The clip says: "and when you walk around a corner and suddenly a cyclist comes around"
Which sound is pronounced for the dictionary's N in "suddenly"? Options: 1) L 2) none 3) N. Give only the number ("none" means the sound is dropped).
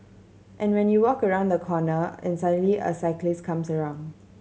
2